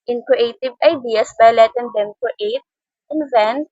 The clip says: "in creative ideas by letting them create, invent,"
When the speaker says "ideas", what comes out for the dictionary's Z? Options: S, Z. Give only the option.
S